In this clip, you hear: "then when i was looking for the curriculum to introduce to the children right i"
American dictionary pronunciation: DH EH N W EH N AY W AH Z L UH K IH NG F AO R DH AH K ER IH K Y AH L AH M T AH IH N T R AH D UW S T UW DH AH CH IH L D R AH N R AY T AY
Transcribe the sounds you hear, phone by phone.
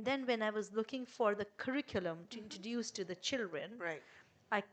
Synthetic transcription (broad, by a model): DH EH N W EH N AY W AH Z L UH K IH NG F AO R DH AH K ER IH K Y AH L AH M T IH N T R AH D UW S T UW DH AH CH IH L D R AH N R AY AY